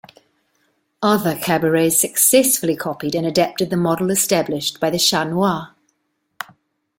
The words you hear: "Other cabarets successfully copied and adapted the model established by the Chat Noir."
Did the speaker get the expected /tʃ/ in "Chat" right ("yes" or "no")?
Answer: no